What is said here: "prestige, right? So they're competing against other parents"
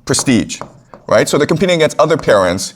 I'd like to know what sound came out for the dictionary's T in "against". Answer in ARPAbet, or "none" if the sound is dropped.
none